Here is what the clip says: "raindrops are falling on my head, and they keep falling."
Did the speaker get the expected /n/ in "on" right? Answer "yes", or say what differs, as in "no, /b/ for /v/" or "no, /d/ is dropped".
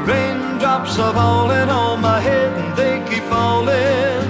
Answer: no, /l/ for /n/